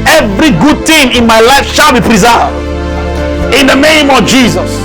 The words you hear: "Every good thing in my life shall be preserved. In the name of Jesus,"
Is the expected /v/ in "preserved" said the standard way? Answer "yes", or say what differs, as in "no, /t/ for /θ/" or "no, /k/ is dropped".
no, /v/ is dropped